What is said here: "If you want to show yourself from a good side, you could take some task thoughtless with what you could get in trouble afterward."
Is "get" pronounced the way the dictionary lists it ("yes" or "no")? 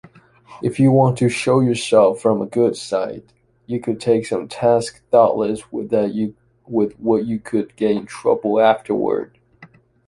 no